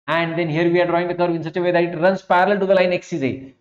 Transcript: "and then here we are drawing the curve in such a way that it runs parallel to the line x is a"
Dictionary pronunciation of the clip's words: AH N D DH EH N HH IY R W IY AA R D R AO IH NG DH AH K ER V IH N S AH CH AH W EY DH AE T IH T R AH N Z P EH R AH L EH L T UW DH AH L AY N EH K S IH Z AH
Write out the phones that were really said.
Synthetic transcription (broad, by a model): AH N D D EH N HH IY R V IY AA R D R AO IH NG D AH K ER V IH N S AH CH AH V EY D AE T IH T R AH N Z P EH R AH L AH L T UW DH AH L AY N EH K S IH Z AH